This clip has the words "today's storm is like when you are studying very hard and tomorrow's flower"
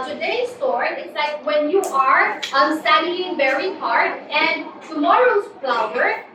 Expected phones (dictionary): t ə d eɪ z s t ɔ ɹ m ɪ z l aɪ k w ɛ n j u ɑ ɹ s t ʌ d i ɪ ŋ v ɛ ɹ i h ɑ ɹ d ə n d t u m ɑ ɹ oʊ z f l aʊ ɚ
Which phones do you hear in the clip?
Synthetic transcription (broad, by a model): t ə d eɪ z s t ɔ ɹ ɪ s l aɪ k w ɛ n j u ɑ ɹ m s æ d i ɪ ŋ v ɛ ɹ i h ɑ ɹ d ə n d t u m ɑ ɹ oʊ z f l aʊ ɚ